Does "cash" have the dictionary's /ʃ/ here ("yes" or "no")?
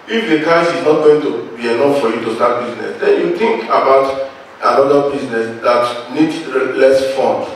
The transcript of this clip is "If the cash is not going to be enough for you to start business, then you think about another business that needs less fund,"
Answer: no